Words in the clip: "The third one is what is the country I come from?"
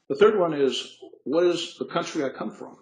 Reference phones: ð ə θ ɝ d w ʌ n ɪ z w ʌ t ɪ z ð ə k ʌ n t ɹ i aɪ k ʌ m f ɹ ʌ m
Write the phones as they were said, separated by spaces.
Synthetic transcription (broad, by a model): ð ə θ ɝ d w ʌ n ɪ z w ʌ t ɪ z ð ə k ʌ n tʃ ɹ i aɪ k ʌ m f ɹ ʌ m